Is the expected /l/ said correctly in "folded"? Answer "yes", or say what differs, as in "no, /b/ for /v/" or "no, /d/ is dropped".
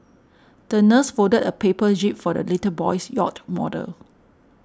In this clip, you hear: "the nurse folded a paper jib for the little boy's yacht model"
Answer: no, /l/ is dropped